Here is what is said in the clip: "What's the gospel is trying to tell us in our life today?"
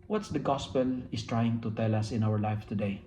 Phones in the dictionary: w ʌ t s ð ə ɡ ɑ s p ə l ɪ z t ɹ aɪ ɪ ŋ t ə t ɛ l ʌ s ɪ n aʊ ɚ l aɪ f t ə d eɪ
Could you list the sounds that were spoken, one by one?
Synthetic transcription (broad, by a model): w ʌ t s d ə ɡ ɑ s p ə l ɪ s t ɹ aɪ ɪ ŋ t ə t ɛ l ʌ s ɪ n aʊ ɚ l aɪ f t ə d eɪ